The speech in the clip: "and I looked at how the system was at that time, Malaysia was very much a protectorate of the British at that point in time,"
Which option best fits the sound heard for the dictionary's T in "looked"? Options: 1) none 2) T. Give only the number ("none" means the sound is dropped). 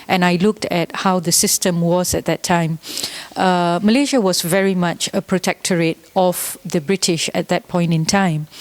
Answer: 2